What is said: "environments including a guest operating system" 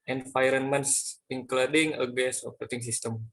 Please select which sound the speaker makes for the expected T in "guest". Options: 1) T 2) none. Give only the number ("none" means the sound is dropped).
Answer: 2